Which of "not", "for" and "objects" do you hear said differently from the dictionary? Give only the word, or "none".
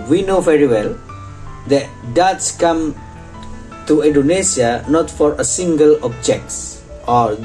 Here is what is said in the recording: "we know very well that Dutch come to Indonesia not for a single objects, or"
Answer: none